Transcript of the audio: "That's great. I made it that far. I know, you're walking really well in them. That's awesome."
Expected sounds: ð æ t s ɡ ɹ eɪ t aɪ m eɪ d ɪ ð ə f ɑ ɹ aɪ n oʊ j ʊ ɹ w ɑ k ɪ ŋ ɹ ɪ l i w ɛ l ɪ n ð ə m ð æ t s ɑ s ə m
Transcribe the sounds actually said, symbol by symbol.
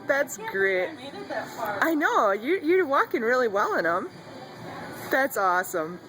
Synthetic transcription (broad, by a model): ð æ t s ɡ ɹ eɪ t aɪ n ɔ ɪ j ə ɹ j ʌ ɹ w ɑ k ɪ ŋ ɹ ɪ l i w ɛ l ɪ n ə m ð æ t s ɑ s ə m